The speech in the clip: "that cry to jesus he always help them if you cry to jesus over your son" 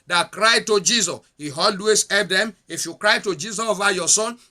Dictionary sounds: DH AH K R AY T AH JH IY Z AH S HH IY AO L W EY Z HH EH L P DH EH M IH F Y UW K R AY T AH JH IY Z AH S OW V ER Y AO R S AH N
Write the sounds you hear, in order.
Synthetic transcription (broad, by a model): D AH K R AY T AH JH IY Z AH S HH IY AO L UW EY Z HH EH P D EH M IH F Y UW K R AY T AH JH IY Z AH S OW V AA Y AO S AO N